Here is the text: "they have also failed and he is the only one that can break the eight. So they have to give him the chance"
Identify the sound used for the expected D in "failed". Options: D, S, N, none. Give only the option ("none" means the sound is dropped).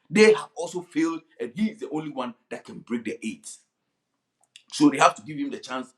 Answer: D